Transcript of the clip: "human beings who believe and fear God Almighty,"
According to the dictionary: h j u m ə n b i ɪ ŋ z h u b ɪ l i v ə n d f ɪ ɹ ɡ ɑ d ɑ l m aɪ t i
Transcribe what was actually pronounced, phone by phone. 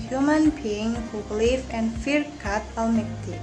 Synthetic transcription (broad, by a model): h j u m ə n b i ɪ ŋ h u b l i f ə n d f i ɹ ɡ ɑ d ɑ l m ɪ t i